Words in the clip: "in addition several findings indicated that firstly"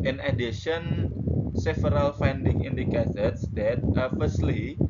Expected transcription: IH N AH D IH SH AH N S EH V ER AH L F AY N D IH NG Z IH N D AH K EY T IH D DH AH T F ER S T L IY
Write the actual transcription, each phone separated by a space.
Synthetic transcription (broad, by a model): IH N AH D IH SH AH N S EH F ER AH L F AY N D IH NG IH N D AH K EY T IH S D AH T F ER S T L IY